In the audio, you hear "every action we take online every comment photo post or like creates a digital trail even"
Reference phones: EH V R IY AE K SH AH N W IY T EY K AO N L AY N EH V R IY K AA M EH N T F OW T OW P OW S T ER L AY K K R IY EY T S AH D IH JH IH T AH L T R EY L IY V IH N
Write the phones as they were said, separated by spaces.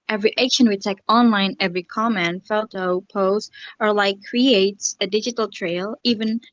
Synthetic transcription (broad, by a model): EH V R IY AE K SH AH N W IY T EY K AO N L AY N EH V R IY K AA M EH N F OW T OW P OW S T ER L AY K K R IY EY T S AH D IH JH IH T L T R EY L IY V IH N